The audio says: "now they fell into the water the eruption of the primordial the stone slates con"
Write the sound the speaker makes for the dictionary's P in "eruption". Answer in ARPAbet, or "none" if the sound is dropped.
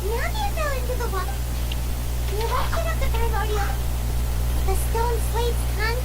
none